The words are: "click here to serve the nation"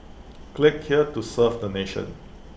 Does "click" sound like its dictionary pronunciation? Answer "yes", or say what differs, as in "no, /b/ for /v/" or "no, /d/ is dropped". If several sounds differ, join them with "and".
yes